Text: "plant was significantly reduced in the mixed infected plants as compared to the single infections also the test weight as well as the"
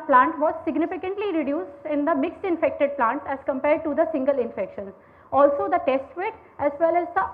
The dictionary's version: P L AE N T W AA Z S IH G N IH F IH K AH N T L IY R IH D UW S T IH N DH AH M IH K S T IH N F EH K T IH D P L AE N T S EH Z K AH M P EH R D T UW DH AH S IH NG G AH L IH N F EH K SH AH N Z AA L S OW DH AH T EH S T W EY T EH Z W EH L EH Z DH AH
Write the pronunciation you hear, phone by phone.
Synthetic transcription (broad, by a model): P L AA N T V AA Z S IH G N IH F IH K AH N T L IY R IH D UW S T IH N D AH M IH K S T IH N F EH K T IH D P L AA N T EH Z K AH M P EH R D T UW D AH S IH NG G AH L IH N F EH K SH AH N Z AA L S OW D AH T EH S T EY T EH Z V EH L EH Z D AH